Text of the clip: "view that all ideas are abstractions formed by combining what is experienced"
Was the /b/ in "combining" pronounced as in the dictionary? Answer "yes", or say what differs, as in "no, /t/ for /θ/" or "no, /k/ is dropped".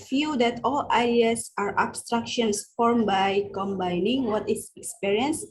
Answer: yes